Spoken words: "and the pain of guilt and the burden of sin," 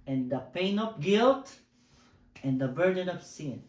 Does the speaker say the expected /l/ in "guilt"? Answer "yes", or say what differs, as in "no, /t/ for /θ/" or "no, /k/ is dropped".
yes